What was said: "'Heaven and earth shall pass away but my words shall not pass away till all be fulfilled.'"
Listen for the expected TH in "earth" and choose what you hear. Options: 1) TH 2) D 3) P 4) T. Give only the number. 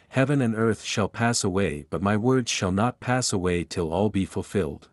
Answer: 1